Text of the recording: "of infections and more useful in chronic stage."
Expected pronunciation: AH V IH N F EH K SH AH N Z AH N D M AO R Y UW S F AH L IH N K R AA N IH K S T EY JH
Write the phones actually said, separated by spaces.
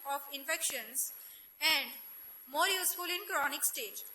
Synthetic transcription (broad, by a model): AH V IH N F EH K SH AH N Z AH N D M AO R Y UW S F AH L IH N K R AA N IH K S T EY JH